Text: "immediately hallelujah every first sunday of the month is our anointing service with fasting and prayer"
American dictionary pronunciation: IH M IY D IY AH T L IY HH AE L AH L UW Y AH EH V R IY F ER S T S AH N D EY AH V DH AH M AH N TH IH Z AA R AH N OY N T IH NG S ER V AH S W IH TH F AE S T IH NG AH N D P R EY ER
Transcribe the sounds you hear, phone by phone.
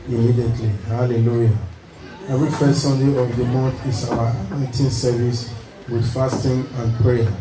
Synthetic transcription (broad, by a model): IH M IY D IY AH T L IY HH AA L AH L UW Y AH EH V R IY F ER S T S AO N D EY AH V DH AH M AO N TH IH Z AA W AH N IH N T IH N S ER V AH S W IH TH F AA S T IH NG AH N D P R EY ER